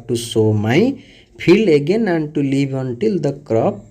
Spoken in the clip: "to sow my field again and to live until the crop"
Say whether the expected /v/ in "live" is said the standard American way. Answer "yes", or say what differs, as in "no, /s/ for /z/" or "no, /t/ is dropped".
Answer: no, /b/ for /v/